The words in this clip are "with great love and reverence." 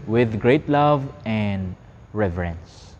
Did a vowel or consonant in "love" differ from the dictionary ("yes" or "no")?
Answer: no